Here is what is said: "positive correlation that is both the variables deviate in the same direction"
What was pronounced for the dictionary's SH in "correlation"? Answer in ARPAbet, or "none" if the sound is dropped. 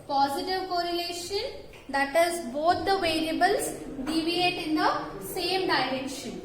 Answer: SH